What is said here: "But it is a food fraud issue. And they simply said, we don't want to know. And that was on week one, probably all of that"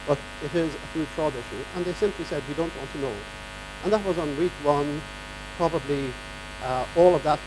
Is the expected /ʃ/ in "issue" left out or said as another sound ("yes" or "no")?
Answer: no